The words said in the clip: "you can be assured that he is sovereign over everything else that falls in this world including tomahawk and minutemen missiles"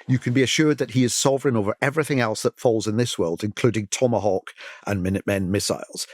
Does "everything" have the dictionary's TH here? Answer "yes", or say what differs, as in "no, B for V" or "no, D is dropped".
yes